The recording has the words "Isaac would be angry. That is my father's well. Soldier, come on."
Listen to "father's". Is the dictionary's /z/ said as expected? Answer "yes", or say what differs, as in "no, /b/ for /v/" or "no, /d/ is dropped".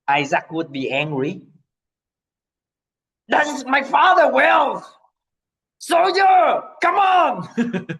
no, /z/ is dropped